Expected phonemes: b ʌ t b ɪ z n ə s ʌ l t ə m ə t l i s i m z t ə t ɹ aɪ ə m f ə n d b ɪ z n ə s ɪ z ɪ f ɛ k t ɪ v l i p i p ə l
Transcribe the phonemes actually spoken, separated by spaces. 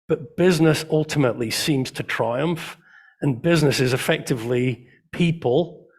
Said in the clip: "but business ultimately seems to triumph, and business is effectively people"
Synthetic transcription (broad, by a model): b ʌ t b ɪ z n ə s ʌ l t ə m ə t l i s i m z t ə t ɹ aɪ ə m f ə n b ɪ z n ə s ɪ z ɪ f ɛ k t ɪ v l i p i p ə l